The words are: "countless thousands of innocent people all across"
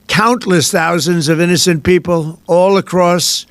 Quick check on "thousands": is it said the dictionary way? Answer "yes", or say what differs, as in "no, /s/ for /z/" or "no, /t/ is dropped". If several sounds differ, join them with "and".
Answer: yes